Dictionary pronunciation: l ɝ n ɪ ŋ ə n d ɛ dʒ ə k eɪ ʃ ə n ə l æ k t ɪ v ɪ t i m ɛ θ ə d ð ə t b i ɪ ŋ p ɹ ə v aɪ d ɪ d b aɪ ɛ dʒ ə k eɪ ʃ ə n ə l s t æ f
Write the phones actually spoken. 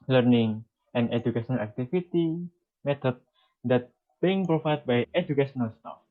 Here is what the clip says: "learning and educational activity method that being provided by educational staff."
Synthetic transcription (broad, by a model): l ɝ n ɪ ŋ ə n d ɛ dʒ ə k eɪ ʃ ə n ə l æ k t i f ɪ t i m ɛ t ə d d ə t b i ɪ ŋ p ɹ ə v aɪ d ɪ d b aɪ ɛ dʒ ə k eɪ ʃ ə n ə l s t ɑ f